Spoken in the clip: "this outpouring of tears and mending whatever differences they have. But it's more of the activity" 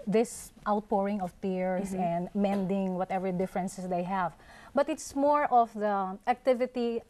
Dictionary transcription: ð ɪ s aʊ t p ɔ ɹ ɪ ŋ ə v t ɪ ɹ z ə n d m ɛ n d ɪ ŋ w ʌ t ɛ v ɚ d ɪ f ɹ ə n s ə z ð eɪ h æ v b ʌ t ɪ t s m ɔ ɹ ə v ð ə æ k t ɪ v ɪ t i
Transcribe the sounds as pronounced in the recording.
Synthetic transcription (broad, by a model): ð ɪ s aʊ t p ɔ ɹ ɪ ŋ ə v t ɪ ɹ s ə n d m ɛ n d ɪ ŋ w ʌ t ɛ v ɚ d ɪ f ɹ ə n s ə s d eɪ h æ v b ʌ t ɪ t s m ɔ ɹ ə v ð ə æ k t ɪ v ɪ t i